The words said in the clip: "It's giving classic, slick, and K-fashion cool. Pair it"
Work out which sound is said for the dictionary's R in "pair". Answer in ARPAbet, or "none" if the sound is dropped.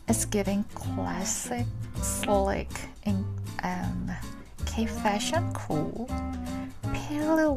L